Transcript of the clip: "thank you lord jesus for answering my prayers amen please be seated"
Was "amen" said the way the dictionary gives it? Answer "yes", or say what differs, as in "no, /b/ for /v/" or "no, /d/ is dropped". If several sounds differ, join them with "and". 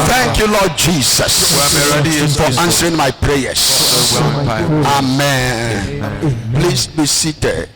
yes